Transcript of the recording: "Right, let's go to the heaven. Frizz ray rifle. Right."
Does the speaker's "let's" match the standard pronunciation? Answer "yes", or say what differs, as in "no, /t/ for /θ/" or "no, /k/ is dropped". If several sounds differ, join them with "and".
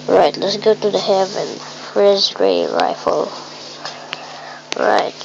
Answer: yes